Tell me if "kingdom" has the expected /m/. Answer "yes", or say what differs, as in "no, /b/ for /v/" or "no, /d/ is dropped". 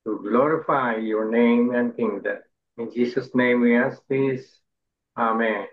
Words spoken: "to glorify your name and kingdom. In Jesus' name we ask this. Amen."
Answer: no, /m/ is dropped